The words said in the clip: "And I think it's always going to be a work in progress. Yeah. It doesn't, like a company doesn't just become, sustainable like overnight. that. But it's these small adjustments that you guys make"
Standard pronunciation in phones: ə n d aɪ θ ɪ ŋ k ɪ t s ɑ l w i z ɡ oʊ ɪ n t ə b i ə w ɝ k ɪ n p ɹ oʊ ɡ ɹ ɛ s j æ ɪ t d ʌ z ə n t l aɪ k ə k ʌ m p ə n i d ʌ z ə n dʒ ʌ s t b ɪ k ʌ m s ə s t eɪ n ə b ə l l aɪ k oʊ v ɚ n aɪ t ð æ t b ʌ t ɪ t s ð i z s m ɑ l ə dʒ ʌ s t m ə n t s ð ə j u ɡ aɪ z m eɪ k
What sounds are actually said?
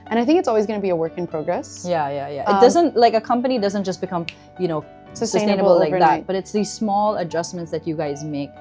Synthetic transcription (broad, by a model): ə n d aɪ θ ɪ ŋ k ɪ t s ɑ l w i z ɡ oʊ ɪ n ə b i ə w ɝ k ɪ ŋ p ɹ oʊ ɡ ɹ ɛ s j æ ɪ t d ʌ z ə n t l aɪ k ə k ʌ m p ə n i d ʌ z ə n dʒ ʌ s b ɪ k ʌ m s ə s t eɪ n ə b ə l l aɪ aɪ ð æ t b ʌ t ɪ t s ð i z s m ɑ l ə dʒ ʌ s m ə n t s ð ə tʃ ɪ ɡ aɪ z m eɪ k